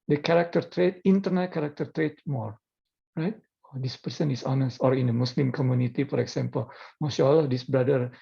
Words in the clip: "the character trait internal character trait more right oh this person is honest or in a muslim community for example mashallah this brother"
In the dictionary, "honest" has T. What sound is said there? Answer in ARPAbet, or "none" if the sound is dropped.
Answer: T